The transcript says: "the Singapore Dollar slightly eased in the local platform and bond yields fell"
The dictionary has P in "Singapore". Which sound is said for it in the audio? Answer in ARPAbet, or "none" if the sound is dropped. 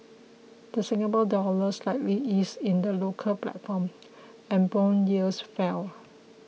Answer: B